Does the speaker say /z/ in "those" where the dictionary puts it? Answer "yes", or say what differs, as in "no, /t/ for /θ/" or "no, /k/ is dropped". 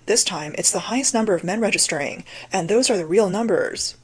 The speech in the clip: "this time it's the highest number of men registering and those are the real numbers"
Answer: yes